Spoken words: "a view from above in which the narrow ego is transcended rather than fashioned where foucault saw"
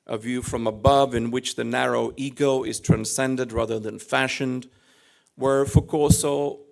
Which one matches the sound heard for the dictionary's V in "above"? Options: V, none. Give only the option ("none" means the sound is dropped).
V